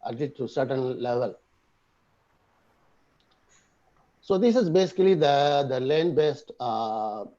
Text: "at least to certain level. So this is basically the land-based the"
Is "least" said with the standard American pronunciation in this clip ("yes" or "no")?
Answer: no